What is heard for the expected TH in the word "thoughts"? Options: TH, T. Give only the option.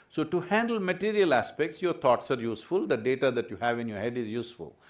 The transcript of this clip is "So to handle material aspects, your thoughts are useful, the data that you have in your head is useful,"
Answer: T